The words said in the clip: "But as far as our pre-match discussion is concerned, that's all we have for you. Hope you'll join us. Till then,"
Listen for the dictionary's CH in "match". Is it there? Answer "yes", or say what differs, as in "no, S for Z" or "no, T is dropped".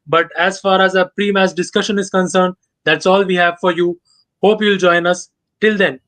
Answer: no, S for CH